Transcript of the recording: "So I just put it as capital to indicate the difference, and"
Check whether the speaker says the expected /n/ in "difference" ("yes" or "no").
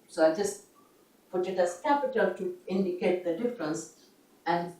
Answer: yes